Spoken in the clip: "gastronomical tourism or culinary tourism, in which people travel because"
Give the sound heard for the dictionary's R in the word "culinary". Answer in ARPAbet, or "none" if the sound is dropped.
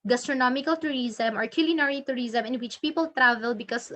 R